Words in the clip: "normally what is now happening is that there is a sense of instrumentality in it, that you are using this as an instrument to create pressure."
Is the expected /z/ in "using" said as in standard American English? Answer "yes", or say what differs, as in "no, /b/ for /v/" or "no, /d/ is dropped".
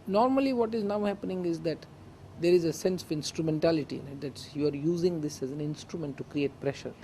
yes